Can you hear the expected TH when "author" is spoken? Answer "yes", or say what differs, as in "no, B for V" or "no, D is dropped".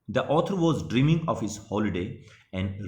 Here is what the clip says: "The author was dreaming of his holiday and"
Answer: no, T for TH